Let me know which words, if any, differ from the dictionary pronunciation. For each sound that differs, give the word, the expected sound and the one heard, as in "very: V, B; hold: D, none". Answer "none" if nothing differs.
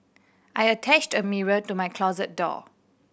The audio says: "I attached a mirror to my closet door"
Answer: none